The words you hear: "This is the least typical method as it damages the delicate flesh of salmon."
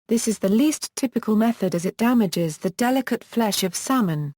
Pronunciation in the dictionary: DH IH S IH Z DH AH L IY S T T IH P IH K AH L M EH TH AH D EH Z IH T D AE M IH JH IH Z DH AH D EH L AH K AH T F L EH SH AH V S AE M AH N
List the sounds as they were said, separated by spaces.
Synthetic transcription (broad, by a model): DH IH S IH Z DH AH L IY S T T IH P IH K AH L M EH TH AH D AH Z IH T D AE M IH JH IH Z DH AH D EH L AH K AH T F L EH SH AH V S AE M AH N